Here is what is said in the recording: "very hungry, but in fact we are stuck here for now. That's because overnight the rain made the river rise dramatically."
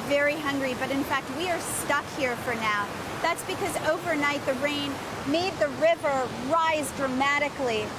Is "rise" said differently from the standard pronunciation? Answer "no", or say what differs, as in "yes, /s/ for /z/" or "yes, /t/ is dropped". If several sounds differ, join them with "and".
no